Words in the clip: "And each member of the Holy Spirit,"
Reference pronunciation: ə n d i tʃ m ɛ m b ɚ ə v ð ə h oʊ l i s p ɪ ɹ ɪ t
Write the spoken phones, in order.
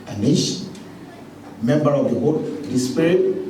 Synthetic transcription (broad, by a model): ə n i ʃ m ɛ m b ɚ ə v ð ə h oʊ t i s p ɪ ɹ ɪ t